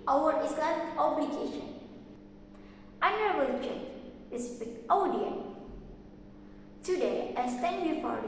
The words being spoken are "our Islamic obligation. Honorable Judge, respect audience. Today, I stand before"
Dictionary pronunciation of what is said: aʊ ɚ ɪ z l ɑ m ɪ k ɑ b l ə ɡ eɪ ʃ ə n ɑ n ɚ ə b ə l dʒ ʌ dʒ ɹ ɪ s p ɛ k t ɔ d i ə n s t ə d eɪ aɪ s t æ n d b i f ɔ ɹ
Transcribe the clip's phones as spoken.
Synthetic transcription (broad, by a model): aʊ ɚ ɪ s l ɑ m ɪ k ɑ b l ə ɡ eɪ ʃ ə n ɑ n ɚ ə b ə l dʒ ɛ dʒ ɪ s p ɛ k t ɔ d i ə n t ə d eɪ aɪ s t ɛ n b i f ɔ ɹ